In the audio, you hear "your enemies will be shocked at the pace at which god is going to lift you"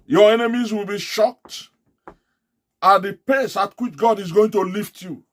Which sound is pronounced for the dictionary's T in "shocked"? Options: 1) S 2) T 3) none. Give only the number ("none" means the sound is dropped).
2